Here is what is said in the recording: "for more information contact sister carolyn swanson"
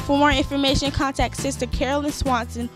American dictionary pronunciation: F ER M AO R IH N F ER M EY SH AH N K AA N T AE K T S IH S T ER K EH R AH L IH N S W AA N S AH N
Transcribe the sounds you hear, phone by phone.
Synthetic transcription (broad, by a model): F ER M AO R IH N F ER M EY SH AH N K AA N T AE K T S IH S T ER K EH R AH L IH N S W AA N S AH N